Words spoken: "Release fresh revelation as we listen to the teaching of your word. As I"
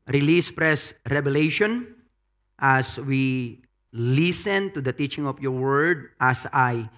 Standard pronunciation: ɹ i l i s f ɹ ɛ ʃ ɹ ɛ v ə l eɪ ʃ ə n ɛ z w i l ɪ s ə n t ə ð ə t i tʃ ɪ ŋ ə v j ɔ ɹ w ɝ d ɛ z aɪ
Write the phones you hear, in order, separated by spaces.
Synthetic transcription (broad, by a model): ɹ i l i s p ɹ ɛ s ɹ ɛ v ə l eɪ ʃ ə n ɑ s w i l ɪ s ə n t ə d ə t i tʃ ɪ ŋ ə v j ɔ ɹ w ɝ d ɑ s aɪ